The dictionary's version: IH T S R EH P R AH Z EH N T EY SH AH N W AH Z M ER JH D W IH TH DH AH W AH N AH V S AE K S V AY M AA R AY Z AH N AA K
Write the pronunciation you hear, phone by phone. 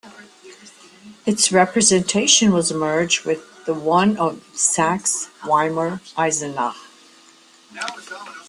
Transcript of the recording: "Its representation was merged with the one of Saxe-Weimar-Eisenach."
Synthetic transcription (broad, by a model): IH T S R EH P R AH Z EH N T EY SH AH N W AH Z M ER JH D W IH DH AH W AH N AH V S AE K S W AY M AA R AY Z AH N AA